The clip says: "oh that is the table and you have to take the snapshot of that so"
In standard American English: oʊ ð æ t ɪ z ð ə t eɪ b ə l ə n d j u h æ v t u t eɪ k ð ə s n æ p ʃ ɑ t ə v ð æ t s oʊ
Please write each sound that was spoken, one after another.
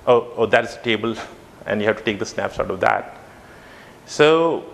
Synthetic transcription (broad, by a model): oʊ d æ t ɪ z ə t eɪ b ə l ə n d j u h æ v t u t eɪ k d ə s n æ p s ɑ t ə v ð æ t s oʊ